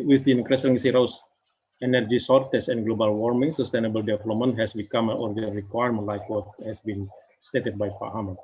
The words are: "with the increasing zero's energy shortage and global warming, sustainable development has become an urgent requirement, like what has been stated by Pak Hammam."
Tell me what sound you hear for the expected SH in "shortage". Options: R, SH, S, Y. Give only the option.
S